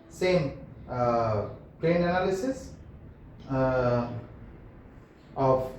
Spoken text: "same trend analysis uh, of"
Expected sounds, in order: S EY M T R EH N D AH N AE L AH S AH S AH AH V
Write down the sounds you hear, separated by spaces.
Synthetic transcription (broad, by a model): S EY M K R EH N AH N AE L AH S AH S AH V